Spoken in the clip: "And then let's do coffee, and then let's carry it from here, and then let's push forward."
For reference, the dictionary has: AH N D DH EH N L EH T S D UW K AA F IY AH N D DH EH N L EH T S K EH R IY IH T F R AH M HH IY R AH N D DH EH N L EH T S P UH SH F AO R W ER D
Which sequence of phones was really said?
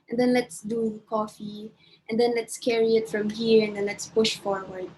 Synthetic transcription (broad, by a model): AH N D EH N L EH T S D UW K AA F IY AH N D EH N L EH T S K EH R IY IH T F R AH M HH IY R AH N D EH N L EH T S P UH SH F AO R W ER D